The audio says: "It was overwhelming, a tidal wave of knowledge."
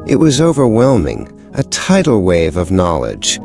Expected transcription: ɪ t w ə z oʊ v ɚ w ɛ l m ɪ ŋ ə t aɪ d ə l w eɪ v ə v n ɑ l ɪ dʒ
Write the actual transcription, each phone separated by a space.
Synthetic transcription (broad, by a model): ɪ t w ə z oʊ v ɚ w ɛ l m ɪ ŋ ə t aɪ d l w eɪ v ə v n ɑ l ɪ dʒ